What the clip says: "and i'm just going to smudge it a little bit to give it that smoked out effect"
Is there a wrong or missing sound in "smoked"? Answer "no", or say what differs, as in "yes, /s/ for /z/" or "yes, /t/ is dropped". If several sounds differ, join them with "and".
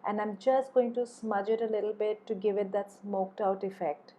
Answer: no